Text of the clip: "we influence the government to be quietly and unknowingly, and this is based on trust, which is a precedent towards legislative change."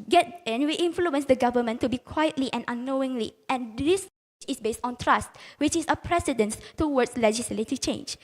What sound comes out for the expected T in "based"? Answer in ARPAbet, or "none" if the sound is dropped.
T